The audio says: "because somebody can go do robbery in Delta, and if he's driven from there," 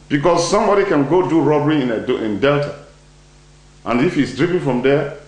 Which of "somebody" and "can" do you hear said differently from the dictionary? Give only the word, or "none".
none